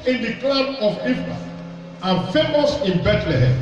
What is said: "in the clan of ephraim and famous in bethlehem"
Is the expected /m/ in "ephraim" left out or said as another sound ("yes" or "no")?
yes